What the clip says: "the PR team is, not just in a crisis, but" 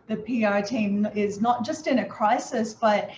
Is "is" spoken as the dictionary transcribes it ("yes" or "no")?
yes